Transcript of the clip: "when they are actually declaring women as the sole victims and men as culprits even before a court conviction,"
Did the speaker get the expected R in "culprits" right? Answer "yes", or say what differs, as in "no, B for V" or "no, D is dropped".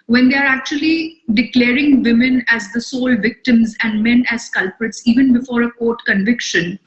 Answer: yes